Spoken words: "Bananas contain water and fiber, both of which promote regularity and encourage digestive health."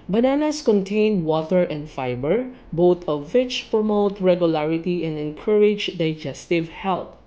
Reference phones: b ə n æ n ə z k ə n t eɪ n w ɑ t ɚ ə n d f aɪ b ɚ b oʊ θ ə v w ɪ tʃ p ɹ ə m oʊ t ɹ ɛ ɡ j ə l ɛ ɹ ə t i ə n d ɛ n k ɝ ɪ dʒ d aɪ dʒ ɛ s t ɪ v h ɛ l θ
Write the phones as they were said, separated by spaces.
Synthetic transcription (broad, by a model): b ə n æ n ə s k ə n t eɪ n w ɑ t ɚ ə n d f aɪ b ɚ b oʊ t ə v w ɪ tʃ p ɹ ə m oʊ t ɹ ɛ ɡ j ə l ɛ ɹ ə t i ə n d ɛ n k ɝ ɪ dʒ d aɪ dʒ ɛ s t ɪ v h ɛ l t